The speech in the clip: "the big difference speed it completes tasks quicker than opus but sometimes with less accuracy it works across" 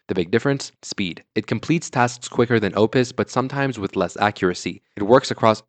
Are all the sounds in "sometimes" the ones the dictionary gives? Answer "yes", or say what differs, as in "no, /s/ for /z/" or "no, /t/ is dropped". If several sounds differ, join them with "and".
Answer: yes